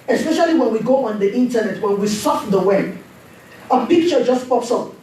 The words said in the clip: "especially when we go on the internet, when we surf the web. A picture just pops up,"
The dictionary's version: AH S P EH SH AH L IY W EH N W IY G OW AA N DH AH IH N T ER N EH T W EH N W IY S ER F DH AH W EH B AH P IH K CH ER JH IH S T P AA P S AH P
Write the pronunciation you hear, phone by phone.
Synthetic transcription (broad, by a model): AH S P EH SH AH L IY W EH N W IY G OW AA N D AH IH N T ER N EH T W EH N W IY S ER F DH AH W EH AH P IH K CH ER JH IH S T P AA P S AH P